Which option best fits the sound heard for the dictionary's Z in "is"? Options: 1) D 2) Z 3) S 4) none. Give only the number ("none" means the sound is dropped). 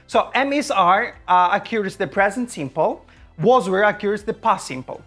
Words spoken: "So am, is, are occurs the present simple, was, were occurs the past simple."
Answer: 3